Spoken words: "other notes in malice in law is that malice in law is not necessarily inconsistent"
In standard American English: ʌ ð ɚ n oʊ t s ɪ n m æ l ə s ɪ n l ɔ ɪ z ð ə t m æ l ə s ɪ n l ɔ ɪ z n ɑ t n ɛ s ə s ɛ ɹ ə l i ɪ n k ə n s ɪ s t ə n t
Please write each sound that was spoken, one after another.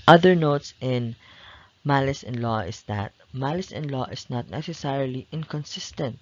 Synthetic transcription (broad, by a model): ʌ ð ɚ n oʊ t s ɪ n m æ l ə s ɪ n l ɔ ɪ s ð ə t m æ l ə s ɪ n l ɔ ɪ s n ɑ t n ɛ s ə s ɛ ɹ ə l i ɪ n k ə n s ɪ s t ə n t